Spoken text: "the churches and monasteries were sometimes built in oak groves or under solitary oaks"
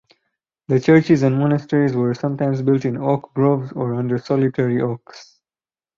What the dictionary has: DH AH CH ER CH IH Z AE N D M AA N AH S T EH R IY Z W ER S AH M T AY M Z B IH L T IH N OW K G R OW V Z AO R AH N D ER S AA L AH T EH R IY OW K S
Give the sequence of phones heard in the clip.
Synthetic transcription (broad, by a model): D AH CH ER CH IH Z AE N D M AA N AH S T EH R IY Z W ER S AH M T AY M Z B IH L T IH N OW K G R OW V Z AO R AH N D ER S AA L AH T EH R IY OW K S